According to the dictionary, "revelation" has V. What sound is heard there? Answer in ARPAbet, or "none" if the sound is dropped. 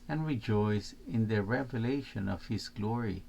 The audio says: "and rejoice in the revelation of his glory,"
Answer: V